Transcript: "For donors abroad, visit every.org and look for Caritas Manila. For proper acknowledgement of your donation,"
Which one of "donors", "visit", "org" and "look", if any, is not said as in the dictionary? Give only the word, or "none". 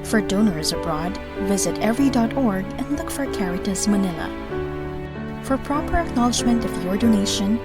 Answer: none